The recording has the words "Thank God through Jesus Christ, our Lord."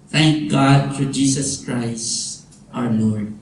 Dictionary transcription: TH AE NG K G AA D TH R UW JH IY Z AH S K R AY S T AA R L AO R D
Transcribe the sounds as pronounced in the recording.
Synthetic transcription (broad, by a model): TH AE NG K G AA D F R JH IY S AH S K R AY S T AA W L AO R D